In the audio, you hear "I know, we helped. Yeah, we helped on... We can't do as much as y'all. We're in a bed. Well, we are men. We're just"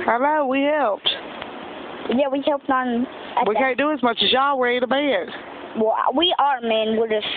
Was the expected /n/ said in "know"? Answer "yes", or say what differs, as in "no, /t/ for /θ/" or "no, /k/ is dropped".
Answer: no, /l/ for /n/